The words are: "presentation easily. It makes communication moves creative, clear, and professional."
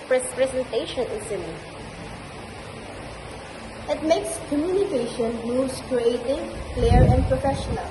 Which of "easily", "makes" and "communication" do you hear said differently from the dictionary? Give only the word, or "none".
easily